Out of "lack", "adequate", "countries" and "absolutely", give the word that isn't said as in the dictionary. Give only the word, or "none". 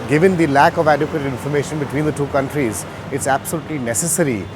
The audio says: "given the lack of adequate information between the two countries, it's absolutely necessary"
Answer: none